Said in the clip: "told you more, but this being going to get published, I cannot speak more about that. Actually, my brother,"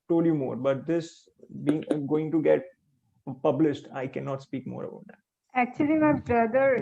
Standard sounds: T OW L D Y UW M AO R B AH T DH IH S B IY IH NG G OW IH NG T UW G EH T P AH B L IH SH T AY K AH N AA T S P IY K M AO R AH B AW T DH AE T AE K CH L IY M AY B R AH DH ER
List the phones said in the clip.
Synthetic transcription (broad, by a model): T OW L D Y UW M AO R B AH T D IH S B IY IH NG G OW IH NG T UW G EH T P AH B L IH SH T AY K AH N AA T S P IY K M AO R AH B AW T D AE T AE K CH L IY M AY B R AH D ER